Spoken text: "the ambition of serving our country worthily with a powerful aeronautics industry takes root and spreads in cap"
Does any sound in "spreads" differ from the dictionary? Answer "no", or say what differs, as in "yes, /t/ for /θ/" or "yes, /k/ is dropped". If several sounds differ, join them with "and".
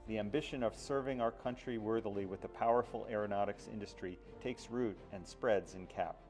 no